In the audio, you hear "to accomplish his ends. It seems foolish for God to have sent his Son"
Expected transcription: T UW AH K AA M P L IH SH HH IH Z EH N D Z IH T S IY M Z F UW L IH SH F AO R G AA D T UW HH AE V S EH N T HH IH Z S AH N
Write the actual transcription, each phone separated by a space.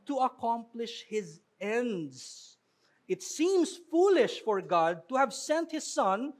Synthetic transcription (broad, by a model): T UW AH K AA M P L IH SH HH IH Z EH N D Z IH T S IY M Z F UW L IH SH F AO R G AA D T UW HH AE V S EH N T HH IH Z S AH N